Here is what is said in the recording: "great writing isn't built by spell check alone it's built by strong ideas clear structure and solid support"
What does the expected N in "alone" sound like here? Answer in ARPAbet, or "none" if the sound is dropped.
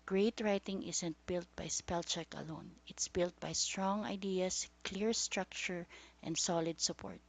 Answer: N